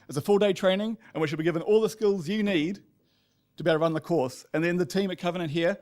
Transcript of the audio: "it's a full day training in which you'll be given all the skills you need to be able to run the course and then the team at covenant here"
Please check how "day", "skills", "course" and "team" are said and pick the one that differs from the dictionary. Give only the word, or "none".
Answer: none